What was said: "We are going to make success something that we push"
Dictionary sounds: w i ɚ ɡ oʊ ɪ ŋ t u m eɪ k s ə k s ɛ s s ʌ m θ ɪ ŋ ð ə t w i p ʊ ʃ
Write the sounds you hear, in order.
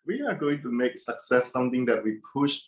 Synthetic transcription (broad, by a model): w i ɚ ɡ oʊ ɪ ŋ t u m eɪ k s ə k s ɛ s s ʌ m t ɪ ŋ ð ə t w i p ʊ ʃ